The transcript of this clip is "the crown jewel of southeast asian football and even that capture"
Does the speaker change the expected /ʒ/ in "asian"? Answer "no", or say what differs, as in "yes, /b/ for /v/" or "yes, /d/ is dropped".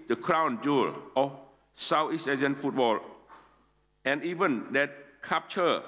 yes, /z/ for /ʒ/